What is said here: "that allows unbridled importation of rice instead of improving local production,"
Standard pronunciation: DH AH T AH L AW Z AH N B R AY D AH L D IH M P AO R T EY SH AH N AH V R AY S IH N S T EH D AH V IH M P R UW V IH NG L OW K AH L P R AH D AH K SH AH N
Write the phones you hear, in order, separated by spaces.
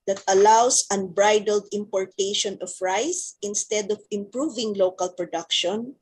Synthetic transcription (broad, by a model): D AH T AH L AW S AH N B R AY D AH L D IH M P AO R T EY SH AH N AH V R AY S IH N S T EH D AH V IH M P R UW V IH NG L OW K AH L P R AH D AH K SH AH N